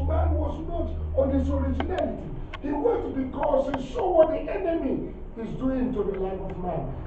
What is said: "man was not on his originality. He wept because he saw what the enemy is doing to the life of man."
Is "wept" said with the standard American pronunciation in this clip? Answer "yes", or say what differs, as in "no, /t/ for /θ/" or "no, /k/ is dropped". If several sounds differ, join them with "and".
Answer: no, /p/ is dropped